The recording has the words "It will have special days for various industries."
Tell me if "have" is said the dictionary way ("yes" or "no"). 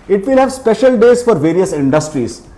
yes